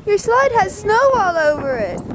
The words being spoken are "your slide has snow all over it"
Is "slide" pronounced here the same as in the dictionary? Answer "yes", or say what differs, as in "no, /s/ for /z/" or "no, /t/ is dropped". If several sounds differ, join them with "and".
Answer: yes